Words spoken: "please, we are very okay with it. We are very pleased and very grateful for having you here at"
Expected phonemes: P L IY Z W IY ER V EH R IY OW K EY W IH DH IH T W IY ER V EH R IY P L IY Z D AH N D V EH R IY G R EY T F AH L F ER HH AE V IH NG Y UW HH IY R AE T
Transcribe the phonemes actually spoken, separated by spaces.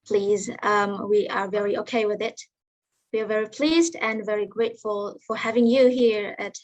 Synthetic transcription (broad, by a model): P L IY Z W IY ER V EH R IY OW K EY W IH DH IH T W IY ER V EH R IY P L IY Z D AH N V EH R IY G R EY T F AH L F ER HH AE V IH NG Y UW HH IY R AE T